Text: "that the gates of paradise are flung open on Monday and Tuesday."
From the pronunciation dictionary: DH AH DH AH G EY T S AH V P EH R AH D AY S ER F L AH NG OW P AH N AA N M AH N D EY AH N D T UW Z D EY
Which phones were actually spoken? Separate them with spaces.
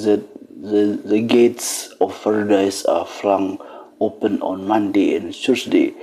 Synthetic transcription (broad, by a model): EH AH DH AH G EY T S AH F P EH R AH D AY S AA F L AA NG OW P AH N AA N M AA N D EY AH N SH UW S D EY